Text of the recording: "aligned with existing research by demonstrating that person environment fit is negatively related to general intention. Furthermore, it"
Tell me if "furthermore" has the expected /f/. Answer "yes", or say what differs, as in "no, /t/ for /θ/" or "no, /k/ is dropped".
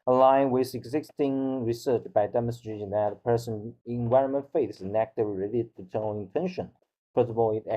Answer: no, /p/ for /f/